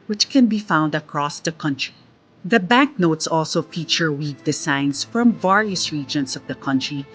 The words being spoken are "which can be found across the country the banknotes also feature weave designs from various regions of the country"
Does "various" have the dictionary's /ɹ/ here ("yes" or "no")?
yes